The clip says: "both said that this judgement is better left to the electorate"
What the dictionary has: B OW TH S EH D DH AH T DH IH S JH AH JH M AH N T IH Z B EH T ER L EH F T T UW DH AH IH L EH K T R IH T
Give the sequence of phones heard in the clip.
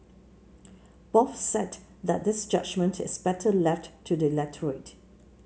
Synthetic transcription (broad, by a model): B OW F S EH D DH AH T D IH S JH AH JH M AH N T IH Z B EH T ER L EH F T T UW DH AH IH L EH T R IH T